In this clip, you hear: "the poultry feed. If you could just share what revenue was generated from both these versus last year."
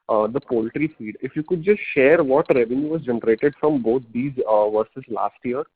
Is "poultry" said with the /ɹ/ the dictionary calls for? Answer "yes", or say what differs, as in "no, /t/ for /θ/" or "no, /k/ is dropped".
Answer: yes